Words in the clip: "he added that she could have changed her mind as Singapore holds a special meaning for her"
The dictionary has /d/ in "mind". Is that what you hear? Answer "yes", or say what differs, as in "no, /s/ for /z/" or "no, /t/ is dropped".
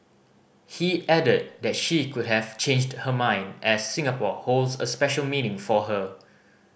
yes